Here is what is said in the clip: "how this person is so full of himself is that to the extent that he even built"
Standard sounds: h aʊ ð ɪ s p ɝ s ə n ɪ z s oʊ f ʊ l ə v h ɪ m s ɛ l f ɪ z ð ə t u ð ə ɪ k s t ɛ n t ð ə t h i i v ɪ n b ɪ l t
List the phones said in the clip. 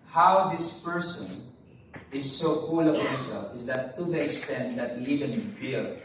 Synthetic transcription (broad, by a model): h aʊ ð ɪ s p ɝ s ə n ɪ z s oʊ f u l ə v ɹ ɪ s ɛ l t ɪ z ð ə t u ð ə ɪ k s t ɛ n t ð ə t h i i v ɪ n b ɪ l